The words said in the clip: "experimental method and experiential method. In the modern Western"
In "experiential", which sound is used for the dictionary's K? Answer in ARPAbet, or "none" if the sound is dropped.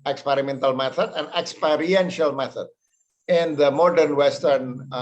K